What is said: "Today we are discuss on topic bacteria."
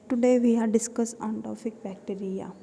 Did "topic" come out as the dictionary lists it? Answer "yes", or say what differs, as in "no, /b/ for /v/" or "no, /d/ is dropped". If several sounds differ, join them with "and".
no, /f/ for /p/